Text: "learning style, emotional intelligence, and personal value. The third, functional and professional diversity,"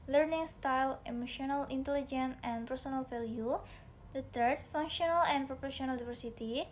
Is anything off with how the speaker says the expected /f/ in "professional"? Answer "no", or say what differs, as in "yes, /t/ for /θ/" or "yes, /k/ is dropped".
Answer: yes, /p/ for /f/